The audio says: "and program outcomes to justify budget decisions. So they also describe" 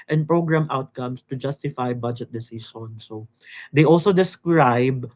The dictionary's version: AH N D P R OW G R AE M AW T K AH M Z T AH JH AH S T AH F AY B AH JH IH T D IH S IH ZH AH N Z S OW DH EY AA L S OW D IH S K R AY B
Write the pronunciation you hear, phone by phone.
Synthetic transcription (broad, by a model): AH N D P R OW G R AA M AW T K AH M S T AH JH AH S T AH F AY B AH JH IH T D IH S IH SH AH N S OW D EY AA L S OW D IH S K R AY B